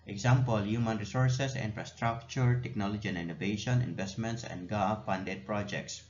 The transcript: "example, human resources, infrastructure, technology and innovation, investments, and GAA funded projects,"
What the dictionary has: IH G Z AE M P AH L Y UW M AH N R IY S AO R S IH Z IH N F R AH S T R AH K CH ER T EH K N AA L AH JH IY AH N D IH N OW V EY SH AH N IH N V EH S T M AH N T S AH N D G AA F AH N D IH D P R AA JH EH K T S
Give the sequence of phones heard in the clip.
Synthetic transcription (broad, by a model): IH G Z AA M P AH L Y UW M AH N R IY S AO R S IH S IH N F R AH S T R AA K CH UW T EH K N AA L AH JH IY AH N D IH N OW V EY SH AH N IH N V EH S T M AH N T S AH N D G AA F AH N D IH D P R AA JH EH K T S